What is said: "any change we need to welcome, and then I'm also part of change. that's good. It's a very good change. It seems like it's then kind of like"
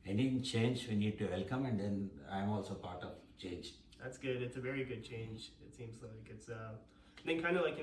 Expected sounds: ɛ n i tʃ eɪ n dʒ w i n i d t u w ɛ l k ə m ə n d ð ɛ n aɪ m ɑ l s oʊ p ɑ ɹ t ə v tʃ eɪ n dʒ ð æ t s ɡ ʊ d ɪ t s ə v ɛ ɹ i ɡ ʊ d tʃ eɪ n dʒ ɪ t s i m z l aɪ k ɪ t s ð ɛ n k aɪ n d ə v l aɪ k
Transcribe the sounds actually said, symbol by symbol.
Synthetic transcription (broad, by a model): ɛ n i tʃ eɪ n dʒ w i n i d t u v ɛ l k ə m ə n d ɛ n aɪ m ɑ l s oʊ p ɑ ɹ t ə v tʃ eɪ n dʒ ð æ t s ɡ ʊ d ɪ t s ə v ɛ ɹ i ɡ ʊ d tʃ eɪ n dʒ ɪ t s i m z l aɪ k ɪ t s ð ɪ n k aɪ n d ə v l aɪ k